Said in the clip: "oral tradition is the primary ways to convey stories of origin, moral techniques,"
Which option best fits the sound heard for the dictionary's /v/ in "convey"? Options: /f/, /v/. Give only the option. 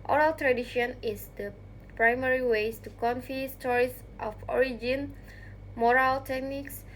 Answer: /f/